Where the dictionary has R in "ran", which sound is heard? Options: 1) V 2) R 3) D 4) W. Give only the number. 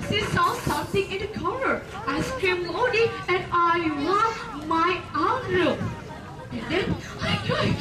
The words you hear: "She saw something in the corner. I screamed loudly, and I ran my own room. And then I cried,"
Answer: 4